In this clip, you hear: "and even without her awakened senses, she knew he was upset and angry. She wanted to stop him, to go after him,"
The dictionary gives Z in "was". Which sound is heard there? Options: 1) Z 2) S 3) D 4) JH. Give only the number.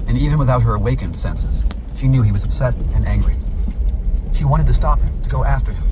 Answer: 1